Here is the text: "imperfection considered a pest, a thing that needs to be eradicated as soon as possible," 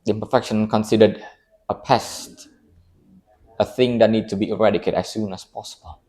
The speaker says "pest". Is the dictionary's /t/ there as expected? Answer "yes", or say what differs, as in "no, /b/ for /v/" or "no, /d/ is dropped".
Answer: yes